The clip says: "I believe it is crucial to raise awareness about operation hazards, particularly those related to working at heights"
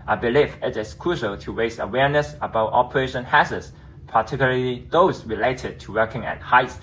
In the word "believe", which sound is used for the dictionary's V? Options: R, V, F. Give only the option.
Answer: F